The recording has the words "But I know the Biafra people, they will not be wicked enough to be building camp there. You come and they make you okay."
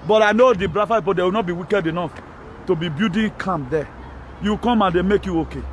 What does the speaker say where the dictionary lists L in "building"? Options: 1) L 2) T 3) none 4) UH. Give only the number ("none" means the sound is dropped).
3